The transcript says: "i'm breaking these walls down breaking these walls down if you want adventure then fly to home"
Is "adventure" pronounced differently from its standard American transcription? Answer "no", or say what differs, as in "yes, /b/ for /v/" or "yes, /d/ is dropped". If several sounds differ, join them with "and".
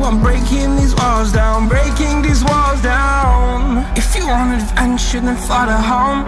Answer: yes, /ʃ/ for /tʃ/